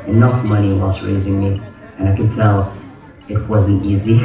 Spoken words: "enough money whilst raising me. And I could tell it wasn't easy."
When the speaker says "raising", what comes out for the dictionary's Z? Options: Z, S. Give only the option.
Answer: Z